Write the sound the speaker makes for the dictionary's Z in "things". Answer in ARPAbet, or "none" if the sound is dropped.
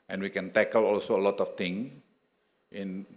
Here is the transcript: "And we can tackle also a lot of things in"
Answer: none